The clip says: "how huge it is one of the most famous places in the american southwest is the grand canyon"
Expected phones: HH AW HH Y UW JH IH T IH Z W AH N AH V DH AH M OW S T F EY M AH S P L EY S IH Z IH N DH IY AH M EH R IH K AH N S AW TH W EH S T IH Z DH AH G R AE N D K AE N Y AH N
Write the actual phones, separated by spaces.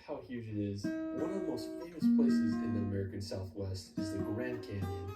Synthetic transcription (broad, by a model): HH AW HH Y UW JH IH T IH Z W AH N AH V DH AH M OW S T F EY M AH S P L EY S IH Z IH N DH IY AH M EH R IH K AH N S AW TH W EH S T IH Z DH AH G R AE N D K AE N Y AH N